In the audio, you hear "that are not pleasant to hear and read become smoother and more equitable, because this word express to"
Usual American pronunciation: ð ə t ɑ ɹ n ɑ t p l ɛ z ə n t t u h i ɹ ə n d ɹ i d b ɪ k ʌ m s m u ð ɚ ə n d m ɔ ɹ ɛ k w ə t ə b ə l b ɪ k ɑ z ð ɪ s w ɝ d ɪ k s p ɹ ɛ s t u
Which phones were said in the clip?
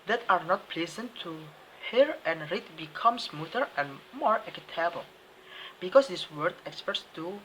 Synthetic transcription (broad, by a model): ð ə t ɑ ɹ n ɑ t p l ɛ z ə n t t u h i ɹ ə n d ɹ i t b ɪ k ʌ m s m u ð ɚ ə n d m ɔ ɹ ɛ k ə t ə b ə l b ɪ k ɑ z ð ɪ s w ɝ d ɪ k s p ɛ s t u